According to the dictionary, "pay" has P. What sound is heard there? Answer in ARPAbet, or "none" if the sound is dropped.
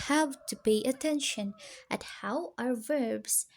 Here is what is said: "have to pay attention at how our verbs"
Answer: B